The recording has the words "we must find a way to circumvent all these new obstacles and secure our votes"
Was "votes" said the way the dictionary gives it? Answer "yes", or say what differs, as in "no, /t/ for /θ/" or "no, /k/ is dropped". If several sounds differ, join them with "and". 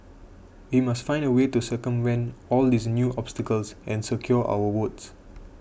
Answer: no, /w/ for /v/